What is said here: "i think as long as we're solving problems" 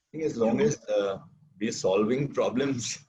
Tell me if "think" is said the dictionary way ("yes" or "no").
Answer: no